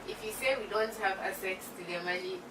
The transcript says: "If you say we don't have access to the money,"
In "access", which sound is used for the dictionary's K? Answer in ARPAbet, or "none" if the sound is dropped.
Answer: none